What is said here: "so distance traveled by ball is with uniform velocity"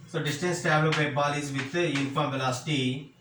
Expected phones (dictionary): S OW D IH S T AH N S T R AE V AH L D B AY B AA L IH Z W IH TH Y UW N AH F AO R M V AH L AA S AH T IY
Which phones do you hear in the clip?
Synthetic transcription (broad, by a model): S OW D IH S T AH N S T AE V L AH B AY B AA L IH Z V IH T Y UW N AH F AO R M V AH L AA S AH T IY